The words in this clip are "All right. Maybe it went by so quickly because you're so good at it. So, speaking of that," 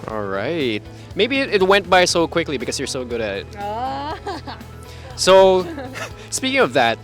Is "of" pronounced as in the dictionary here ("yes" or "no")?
yes